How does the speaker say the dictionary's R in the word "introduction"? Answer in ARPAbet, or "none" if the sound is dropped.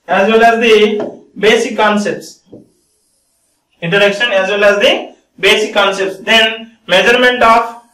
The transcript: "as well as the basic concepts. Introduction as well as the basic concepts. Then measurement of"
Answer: none